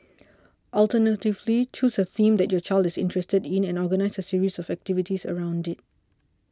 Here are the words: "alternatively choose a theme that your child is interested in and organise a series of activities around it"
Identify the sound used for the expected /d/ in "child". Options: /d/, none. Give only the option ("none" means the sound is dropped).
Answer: /d/